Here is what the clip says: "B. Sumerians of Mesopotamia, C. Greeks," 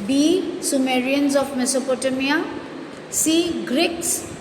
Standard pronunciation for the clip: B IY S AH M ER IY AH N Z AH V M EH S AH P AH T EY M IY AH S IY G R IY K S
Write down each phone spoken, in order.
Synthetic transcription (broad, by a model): B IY S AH M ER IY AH N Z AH P M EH S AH P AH T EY M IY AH S IY G R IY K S